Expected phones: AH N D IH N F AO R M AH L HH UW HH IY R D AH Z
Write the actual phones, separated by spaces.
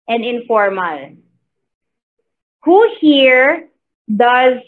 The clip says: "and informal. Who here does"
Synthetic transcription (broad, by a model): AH N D IH N F AO R M AH L HH UW HH IY R D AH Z